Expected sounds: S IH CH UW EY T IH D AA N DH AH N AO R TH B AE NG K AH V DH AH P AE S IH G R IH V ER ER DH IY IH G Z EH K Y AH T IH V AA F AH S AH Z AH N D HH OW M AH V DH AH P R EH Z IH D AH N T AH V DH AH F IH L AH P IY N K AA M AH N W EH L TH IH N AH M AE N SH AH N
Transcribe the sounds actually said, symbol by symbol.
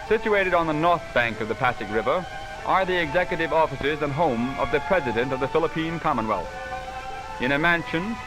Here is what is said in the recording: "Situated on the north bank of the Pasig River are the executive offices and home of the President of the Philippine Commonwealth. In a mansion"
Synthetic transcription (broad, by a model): S IH CH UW EY T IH D N DH AH N AO R TH B AE NG K AH V DH AH P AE S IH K R IH V ER ER DH IY IH G Z EH K Y AH T IH V AA F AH S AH Z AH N HH OW M AH V DH AH P R EH Z IH D AH N T AH V DH AH F IH L AH P IY N K AA M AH N W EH L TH IH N AH M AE N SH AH N